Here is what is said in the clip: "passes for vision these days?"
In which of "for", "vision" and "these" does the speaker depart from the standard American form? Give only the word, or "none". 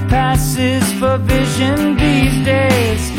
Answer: none